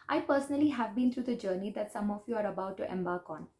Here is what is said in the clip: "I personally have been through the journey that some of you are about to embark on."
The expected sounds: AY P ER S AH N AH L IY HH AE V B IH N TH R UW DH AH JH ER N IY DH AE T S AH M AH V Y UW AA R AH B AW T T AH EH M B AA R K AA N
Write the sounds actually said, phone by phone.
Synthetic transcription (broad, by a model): AY P ER S AH N AH L IY HH AE V B IH N T R UW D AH JH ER N IY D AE T S AH M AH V Y UW AA R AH B AW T T EH M B AA R K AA N